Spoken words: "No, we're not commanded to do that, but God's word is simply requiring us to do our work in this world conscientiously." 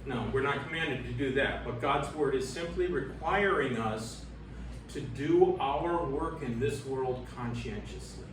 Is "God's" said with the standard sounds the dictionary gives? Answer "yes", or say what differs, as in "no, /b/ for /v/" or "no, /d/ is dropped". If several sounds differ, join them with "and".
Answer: yes